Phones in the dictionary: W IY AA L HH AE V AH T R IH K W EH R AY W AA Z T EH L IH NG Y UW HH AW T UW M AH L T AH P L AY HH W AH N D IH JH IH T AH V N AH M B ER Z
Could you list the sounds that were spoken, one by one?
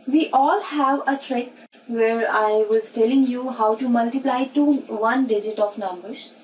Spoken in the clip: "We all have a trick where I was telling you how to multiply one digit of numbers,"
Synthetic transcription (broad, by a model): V IY AA L HH AE V AH T R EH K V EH R AY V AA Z T EH L IH NG Y UW HH AW T UW M AH L T AH P L AY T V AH N D IH JH IH T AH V N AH M B ER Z